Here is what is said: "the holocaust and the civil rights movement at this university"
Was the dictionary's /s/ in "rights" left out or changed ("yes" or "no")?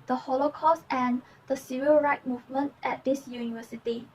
yes